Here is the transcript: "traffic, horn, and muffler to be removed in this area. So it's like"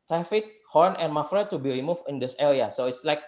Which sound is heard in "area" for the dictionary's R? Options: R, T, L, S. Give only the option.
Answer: L